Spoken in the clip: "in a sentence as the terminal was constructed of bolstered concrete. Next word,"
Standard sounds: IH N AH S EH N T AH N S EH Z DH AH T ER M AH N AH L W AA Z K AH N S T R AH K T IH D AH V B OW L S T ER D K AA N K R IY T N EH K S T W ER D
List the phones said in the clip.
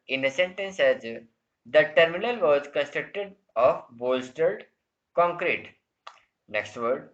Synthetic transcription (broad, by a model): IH N AH S EH N T AH N S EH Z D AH T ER M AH N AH L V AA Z K AH N S T R AH K T IH D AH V B OW L S T ER D K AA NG K R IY T N EH K S T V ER D